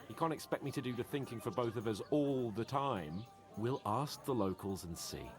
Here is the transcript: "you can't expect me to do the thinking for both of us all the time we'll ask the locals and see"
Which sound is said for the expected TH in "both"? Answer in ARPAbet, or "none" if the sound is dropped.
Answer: TH